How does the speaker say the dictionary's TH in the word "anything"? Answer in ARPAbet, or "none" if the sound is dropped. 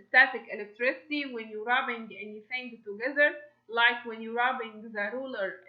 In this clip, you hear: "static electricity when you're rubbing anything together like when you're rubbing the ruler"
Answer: F